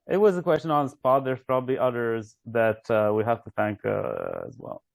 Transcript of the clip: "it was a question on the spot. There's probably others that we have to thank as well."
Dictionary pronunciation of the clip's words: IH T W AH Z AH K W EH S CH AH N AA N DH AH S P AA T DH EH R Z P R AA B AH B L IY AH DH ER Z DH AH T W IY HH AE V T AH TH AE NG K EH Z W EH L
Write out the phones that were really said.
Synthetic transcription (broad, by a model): IH T W AH Z AH K W EH S CH AH N AA N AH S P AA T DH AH R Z P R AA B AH B L IY AH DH ER Z DH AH T W IY HH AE F T AH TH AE NG K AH Z W EH L